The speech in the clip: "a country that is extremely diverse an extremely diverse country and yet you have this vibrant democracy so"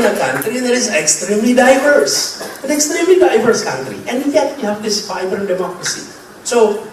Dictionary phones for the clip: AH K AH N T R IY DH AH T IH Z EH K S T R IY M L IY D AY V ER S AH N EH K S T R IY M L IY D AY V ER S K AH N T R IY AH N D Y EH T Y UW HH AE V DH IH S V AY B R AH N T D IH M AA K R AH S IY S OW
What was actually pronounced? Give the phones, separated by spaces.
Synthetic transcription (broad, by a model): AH K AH N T R IY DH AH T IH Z EH K S T R IY M L IY D AY V ER S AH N EH K S T R IY M L IY D AY V ER S K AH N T R IY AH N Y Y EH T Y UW HH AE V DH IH S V AY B AH T D IH M AA K R AH S IY S OW